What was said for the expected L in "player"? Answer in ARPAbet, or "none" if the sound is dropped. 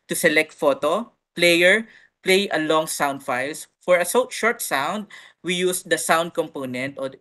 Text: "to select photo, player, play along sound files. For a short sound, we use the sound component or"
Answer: L